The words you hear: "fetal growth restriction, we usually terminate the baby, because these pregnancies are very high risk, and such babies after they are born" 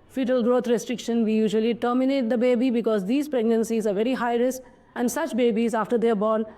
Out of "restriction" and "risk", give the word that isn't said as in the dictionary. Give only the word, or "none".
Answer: risk